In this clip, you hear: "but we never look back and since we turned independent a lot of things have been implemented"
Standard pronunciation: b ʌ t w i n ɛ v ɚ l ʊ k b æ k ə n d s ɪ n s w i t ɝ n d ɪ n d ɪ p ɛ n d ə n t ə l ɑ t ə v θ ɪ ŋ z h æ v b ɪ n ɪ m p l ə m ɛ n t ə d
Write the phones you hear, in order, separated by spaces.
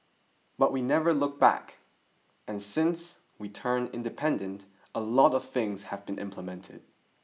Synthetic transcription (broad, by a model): b ʌ t w i n ɛ v ɚ l ʊ k b æ k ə n s ɪ n s w i t ɝ n ɪ n d ɪ p ɛ n d ə n t ə l ɑ t ə v θ ɪ ŋ z h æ v b ɪ n ɪ m p l ə m ɛ n t ə d